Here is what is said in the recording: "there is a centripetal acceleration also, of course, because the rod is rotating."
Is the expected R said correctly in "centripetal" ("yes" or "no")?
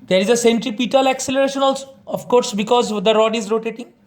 yes